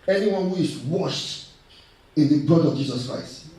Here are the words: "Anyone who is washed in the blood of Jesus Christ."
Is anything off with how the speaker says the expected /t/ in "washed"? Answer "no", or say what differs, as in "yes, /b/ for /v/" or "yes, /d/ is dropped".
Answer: no